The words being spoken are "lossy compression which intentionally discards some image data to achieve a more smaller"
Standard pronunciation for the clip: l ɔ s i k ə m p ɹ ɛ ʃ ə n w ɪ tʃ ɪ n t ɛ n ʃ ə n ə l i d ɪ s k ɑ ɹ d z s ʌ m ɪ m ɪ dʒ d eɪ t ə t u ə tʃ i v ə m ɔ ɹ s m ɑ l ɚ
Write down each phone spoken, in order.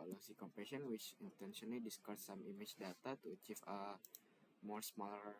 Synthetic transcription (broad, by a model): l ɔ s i k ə m p ɛ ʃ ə n w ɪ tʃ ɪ n t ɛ n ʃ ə n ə l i d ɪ s k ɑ ɹ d s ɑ m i m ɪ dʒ d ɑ t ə t u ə tʃ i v ə m ɔ ɹ s m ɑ l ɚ